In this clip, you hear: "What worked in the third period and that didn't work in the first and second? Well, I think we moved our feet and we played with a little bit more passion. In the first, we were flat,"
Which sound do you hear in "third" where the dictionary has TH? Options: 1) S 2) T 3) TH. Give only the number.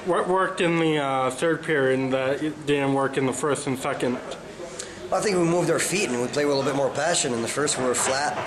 3